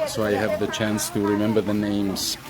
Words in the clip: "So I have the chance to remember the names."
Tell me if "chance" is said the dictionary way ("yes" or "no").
yes